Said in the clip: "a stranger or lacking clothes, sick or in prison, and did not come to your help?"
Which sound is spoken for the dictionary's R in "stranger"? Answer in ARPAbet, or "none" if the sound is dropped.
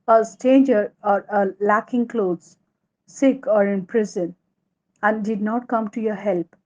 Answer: none